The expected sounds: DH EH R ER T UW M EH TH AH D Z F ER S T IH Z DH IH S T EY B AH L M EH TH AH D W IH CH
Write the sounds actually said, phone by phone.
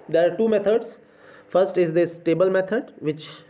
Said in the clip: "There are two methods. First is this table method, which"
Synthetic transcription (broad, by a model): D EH R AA T UW M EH T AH D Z F ER S T IH Z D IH S T EY B AH L M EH T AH D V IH CH